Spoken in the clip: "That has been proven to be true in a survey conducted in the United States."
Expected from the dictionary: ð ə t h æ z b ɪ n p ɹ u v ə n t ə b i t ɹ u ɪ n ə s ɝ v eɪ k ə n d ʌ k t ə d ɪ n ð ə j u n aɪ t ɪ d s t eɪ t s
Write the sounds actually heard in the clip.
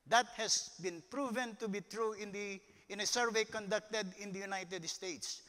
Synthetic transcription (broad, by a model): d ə t h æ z b ɪ n p ɹ u v ə n t ə b i t ɹ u ɪ n ə s ɝ v eɪ k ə n d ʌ k t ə d ɪ n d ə j u n aɪ t ɪ d s t eɪ t s